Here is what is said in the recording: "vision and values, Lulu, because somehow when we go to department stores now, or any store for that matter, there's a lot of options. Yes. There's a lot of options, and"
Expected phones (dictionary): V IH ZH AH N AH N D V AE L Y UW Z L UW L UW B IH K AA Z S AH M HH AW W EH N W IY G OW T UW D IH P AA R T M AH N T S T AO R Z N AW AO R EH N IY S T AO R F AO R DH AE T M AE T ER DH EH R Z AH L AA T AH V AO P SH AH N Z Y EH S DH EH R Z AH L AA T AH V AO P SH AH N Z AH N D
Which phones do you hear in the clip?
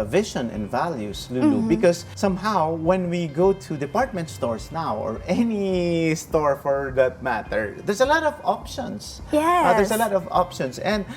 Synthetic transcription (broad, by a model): V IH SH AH N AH N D V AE L Y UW S L UW L UW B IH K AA S AH M HH AW W EH N W IY G OW T UW D IH P AA R T M AH N T S T AO R S N AW AO R EH N IY S T AO R F AO R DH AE T M AE T ER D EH R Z AH L AA T AH V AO P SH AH N S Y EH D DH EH R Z AH L AA T AH V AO P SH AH N S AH N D